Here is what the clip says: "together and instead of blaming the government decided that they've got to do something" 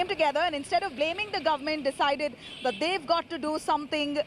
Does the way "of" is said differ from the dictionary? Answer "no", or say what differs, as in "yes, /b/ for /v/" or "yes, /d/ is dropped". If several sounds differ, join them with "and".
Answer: no